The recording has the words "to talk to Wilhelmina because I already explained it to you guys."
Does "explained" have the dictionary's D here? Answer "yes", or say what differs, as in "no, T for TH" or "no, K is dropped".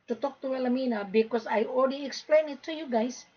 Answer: no, D is dropped